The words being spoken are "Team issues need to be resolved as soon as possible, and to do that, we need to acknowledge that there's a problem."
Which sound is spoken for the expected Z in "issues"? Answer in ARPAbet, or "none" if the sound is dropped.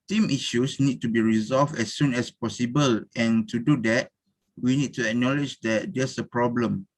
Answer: S